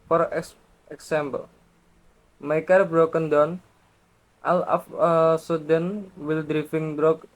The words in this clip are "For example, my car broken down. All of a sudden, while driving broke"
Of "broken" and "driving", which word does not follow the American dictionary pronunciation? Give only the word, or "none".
driving